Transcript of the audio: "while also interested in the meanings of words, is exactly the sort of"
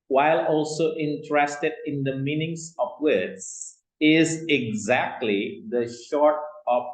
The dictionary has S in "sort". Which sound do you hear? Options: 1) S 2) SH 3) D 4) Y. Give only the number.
2